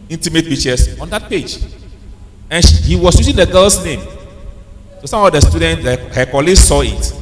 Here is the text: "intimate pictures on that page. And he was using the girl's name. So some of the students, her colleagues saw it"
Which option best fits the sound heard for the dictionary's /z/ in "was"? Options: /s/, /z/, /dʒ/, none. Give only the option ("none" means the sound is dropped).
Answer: /s/